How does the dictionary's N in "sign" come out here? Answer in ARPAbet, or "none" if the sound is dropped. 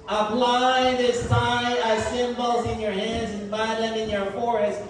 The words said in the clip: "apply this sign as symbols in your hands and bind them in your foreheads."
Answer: none